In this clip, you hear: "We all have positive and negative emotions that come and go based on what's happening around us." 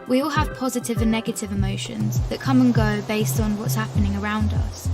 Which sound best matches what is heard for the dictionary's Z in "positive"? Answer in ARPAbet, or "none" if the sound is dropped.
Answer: Z